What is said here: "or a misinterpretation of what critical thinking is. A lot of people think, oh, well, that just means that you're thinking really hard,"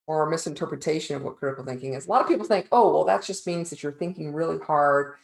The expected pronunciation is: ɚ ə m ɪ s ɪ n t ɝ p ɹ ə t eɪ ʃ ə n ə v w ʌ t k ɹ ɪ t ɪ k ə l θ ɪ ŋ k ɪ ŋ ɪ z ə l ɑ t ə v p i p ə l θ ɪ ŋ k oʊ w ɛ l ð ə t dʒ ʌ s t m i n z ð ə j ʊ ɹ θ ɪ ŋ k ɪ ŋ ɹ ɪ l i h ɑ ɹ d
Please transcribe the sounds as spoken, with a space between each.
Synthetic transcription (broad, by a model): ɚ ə m ɪ s ɪ n t ɝ p ɹ ə t eɪ ʃ ə n ə v w ʌ t k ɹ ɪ t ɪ k l θ ɪ ŋ k ɪ ŋ ɪ z ə l ɑ t ə v p i p l θ ɪ ŋ k oʊ w ɛ l ð ə t dʒ ʌ s t m i n z ð ə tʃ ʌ ɹ θ ɪ ŋ k ɪ ŋ ɹ ɪ l i h ɑ ɹ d